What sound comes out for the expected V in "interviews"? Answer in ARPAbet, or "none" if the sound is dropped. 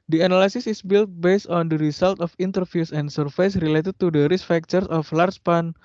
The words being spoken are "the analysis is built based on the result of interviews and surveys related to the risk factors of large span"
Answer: F